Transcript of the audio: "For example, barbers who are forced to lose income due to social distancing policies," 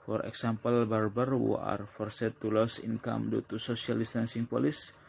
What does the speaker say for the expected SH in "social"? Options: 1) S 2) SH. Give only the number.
1